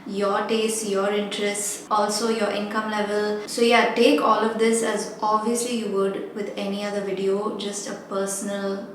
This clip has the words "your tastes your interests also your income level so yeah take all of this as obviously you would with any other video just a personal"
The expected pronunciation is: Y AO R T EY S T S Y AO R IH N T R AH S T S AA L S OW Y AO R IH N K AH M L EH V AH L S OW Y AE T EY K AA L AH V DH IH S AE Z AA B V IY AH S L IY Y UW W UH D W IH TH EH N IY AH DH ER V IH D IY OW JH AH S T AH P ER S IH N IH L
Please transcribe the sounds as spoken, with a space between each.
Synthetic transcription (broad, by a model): Y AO R T EY S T Y AO R IH N T R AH S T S AA L S OW Y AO R IH N K AH M L EH V AH L S OW Y AE T EY K AA L AH V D IH S AE Z AA B V IY AH S L IY Y UW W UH D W IH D EH N IY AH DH ER V IH D IY OW JH AH S T AH P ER S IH N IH L